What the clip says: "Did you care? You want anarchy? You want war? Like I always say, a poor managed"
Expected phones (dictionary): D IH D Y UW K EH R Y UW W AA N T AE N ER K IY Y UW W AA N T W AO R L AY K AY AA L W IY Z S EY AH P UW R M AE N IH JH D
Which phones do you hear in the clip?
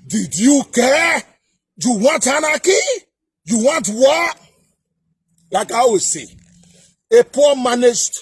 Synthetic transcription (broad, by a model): D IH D Y UW K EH Y UW W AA N T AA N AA K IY Y UW W AA N T W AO L AY K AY AA W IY S EY AH P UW M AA N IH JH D